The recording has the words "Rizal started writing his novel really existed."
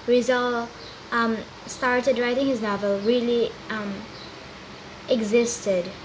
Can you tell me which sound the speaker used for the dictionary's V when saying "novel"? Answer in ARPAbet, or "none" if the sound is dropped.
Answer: V